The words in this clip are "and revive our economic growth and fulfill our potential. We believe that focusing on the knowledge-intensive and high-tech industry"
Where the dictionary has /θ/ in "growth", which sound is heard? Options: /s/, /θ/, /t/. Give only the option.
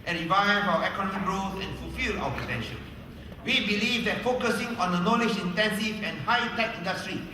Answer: /s/